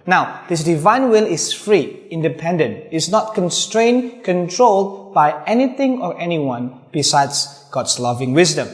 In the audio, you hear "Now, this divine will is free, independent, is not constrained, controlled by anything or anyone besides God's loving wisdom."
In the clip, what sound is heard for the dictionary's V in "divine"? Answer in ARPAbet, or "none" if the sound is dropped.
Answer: V